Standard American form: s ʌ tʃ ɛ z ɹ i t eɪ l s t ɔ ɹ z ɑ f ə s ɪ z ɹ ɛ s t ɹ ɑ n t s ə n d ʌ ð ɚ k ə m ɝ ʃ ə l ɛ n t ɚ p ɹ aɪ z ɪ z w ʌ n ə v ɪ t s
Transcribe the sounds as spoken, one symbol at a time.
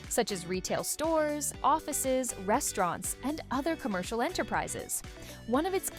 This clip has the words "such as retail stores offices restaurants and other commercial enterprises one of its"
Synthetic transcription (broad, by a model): s ʌ tʃ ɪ z ɹ i t eɪ l s t ɔ ɹ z ɑ f ə s ɪ z ɹ ɛ s t ɹ ɑ n t s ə n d ʌ ð ɚ k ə m ɝ ʃ l ɛ n t ɚ p ɹ aɪ z ɪ z w ʌ n ə v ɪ t s